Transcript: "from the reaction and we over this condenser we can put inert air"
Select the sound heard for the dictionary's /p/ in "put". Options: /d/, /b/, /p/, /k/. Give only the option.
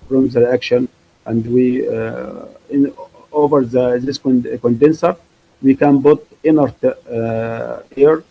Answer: /b/